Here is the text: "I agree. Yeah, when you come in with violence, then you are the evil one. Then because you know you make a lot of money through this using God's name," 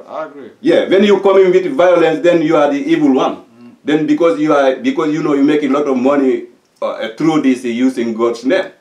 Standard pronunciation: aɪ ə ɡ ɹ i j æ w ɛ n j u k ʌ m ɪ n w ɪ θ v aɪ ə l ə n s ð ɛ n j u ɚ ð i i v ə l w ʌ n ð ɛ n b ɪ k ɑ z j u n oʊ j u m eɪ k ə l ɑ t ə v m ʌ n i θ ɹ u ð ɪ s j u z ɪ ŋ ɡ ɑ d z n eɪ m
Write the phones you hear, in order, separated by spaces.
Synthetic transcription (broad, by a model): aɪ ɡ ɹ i j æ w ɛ n j u k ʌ m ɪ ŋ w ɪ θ v aɪ ə l ə n s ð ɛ n j u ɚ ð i i v ə l w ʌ n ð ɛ n b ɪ k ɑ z j u n oʊ j u m eɪ k ə l ɑ t ə v m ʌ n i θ ɹ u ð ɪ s j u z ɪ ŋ ɡ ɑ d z n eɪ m